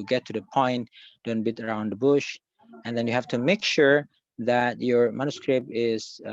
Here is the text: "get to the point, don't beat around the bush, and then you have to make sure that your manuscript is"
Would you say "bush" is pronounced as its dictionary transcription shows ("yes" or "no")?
yes